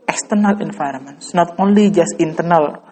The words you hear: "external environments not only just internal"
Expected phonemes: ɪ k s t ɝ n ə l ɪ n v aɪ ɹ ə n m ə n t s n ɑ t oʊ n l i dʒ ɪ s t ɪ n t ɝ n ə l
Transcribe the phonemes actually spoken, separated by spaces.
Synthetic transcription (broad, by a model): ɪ k s t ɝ n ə l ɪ n f aɪ ɹ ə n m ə n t s n ɑ t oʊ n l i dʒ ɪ s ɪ n t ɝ n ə l